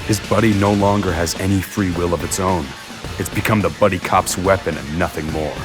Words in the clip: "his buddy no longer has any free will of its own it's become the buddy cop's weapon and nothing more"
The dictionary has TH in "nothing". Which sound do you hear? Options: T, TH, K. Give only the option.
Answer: TH